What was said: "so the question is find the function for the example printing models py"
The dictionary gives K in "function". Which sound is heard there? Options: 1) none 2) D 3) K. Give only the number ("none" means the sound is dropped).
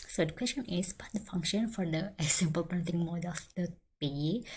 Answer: 3